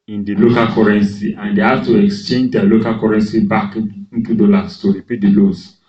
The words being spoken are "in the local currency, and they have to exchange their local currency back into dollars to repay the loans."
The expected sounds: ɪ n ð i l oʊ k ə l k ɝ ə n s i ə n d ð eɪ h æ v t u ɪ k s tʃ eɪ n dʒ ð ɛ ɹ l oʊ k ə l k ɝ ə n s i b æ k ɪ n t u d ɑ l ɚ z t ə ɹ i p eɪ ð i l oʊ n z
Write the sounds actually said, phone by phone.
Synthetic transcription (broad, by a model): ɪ n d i l oʊ k ə l k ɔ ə n s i ə n d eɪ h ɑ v t u ɪ k s tʃ eɪ n dʒ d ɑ l oʊ k ə l k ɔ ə n s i b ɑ k ɪ n t u d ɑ l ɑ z t ə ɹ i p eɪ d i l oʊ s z